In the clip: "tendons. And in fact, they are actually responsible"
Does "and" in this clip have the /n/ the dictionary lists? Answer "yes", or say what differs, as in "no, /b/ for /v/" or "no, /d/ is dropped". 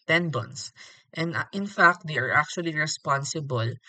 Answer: yes